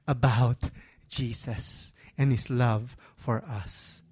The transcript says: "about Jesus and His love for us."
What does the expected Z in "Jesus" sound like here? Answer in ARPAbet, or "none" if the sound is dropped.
S